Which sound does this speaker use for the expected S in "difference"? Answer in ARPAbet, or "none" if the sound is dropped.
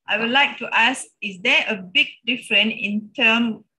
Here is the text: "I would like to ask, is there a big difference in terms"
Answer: none